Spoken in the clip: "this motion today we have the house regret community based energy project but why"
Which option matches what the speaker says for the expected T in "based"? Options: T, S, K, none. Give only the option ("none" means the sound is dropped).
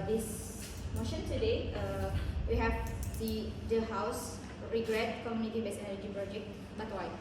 none